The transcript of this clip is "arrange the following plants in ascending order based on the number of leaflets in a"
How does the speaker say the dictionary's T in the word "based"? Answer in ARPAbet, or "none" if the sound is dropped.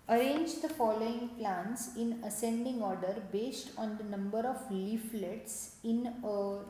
T